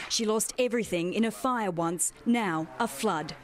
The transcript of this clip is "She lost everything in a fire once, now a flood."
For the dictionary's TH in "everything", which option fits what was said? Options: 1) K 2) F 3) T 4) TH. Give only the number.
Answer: 4